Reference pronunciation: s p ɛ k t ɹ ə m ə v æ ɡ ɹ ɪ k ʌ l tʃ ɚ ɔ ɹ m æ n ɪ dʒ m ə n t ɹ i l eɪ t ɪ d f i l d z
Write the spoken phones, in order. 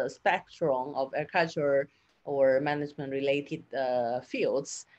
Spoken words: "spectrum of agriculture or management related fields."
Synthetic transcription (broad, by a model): s p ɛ k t ɹ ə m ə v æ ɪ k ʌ tʃ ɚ ɔ ɹ m æ n ɪ dʒ m ə n t ɹ i l eɪ t ɪ d f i l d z